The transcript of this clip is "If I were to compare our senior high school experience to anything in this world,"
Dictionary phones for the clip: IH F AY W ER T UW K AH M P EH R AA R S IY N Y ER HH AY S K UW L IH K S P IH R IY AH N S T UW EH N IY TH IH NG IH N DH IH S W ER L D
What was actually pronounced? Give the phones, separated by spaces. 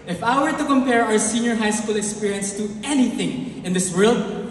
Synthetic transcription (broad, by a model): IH F AY W ER T UW K AH M P EH R AA R S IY N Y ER HH AY S K UW L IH K S P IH R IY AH N S T UW EH N IY TH IH NG IH N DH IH S W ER L D